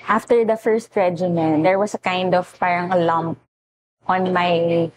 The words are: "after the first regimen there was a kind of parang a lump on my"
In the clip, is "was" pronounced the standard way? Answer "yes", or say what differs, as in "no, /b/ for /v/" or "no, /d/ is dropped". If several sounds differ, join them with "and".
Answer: no, /s/ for /z/